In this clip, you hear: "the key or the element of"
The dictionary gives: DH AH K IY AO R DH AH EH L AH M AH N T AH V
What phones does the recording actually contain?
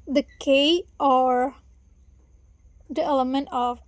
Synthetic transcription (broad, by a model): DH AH K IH AO R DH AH EH L AH M AH N T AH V